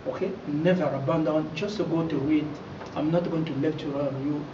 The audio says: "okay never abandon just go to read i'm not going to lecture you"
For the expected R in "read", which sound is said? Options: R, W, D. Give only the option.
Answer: W